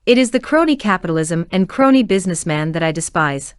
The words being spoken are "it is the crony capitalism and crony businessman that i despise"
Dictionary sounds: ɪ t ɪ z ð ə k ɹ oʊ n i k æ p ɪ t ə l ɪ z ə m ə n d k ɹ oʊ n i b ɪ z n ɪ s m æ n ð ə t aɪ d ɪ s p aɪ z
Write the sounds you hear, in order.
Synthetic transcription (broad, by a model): ɪ t ɪ z ð ə k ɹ oʊ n i k æ p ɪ t l ɪ z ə m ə n k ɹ oʊ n i b ɪ z n ɪ s m æ n ð ə t aɪ d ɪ s p aɪ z